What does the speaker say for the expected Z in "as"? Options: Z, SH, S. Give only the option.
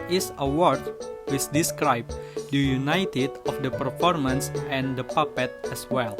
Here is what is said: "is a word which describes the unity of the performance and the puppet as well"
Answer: S